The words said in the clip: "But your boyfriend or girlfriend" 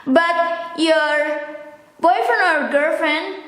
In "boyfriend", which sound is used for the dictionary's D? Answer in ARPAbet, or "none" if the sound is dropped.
none